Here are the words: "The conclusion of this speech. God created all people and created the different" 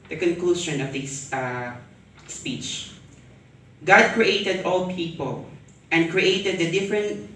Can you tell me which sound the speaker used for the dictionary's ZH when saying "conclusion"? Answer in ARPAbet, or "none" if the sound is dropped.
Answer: SH